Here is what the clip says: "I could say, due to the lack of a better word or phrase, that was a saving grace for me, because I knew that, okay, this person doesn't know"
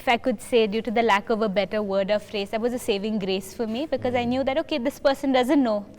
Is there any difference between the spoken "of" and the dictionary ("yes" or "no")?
no